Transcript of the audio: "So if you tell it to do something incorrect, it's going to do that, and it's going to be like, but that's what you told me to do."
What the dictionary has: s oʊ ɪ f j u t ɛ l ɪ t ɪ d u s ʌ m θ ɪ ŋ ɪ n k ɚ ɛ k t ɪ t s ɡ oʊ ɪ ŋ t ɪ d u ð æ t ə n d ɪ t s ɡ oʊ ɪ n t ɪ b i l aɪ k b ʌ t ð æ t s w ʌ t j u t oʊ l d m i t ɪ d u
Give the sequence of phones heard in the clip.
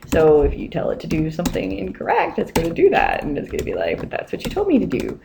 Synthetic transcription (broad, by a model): s oʊ ɪ f j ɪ t ɛ l ɪ t ɪ d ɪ s ʌ m θ ɪ ŋ ɪ n k ɚ ɛ k t ɪ t s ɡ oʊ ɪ t ɪ d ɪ ð æ t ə n ɪ t s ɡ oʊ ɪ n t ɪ b i l aɪ k b ʌ t ð æ t s w ʌ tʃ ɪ t oʊ l d m i t ɪ d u